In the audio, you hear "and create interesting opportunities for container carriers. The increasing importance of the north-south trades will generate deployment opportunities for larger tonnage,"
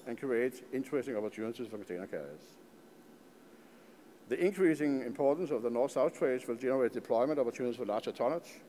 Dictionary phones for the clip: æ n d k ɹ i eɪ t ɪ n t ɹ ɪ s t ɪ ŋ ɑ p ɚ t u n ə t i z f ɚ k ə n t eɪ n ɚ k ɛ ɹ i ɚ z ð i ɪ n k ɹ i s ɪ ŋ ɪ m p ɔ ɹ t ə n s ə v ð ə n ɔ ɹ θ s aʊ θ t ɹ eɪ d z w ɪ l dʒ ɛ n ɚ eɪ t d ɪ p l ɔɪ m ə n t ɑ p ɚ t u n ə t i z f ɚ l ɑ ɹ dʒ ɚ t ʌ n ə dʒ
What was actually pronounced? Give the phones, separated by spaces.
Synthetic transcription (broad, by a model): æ n k ɹ i eɪ t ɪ n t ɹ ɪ s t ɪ ŋ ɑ p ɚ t u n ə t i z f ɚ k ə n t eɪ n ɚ k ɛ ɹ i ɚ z ð i ɪ n k ɹ i s ɪ ŋ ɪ m p ɔ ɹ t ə n s ə v ð ə n ɔ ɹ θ s aʊ θ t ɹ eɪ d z w ɪ l dʒ ɛ n ɚ eɪ t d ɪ p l ɔɪ m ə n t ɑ p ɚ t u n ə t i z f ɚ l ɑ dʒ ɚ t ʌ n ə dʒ